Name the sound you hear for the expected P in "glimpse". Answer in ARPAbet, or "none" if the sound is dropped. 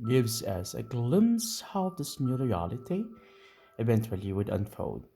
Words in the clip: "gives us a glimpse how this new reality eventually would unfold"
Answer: none